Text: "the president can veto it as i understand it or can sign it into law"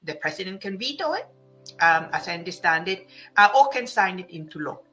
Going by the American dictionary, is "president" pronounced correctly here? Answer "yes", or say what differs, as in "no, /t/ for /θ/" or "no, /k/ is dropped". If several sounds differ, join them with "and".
no, /s/ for /z/